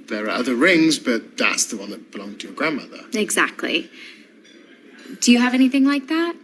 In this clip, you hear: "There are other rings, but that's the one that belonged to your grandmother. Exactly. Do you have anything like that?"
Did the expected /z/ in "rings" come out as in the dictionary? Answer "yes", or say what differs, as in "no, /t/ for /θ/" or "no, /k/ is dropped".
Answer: yes